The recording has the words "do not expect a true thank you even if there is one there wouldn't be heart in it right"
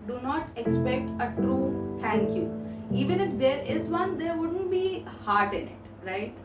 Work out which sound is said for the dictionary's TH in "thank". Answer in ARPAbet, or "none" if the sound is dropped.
T